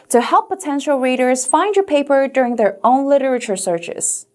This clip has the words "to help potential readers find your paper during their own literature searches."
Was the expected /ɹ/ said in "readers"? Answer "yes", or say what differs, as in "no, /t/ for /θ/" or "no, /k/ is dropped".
yes